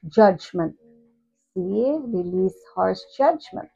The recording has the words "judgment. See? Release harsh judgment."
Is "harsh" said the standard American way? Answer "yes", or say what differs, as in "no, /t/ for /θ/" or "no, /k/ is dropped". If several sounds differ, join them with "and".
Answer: no, /s/ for /ʃ/